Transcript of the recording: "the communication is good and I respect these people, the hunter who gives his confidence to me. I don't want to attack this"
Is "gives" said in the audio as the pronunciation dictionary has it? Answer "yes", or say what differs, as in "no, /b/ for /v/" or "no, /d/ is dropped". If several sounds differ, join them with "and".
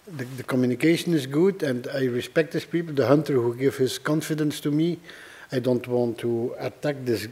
no, /z/ is dropped